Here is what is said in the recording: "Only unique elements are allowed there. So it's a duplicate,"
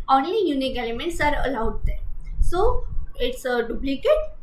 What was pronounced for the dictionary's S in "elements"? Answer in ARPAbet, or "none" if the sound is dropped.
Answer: S